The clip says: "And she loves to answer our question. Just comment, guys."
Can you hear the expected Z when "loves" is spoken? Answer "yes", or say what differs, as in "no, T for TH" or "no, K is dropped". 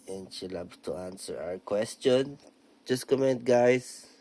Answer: no, Z is dropped